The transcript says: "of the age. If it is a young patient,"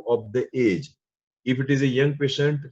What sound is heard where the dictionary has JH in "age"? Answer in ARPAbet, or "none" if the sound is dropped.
JH